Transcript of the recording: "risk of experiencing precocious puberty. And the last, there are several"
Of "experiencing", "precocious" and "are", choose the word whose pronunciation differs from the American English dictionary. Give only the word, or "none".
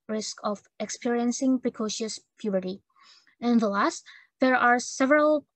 none